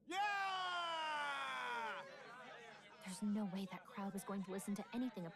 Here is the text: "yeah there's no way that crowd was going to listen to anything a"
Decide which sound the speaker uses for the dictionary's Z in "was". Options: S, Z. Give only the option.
Z